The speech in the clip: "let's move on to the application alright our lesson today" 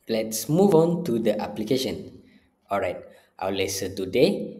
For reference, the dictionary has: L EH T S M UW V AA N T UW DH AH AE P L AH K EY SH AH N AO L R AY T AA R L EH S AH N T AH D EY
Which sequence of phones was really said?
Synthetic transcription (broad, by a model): L EH T S M UW V AA N T UW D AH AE P L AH K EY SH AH N AO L R AY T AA W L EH S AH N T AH D EY